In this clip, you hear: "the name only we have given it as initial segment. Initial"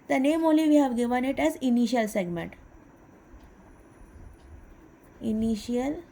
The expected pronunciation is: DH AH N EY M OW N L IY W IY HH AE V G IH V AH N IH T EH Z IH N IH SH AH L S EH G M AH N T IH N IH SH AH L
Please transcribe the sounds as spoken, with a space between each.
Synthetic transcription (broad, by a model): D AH N EY M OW L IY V IY HH AE V G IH V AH N IH T EH Z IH N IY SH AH L S EH G M AH N T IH N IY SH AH L